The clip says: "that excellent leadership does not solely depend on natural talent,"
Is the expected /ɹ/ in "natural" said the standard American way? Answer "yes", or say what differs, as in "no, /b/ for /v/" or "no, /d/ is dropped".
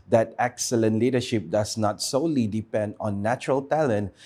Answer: yes